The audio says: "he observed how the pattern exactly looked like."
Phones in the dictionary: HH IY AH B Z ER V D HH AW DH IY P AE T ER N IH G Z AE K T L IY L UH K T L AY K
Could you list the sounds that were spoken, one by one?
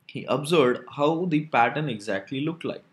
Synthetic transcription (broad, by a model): HH IY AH B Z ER D HH AW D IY P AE T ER N IH G Z AE K T L IY L UH K T L AY K